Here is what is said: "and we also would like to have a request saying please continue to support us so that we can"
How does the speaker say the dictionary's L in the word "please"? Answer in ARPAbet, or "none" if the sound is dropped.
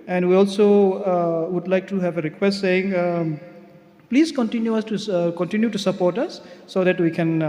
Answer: L